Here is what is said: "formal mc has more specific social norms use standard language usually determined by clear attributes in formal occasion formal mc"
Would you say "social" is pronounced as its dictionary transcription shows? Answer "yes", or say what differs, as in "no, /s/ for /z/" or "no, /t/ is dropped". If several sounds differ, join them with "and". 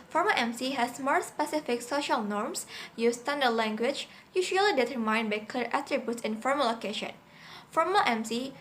yes